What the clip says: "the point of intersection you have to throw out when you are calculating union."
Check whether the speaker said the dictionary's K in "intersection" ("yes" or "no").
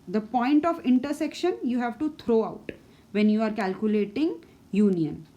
yes